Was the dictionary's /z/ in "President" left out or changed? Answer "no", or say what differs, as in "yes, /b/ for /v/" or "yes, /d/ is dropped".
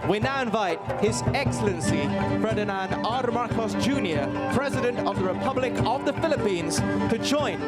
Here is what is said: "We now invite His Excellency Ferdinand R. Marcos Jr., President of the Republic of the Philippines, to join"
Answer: no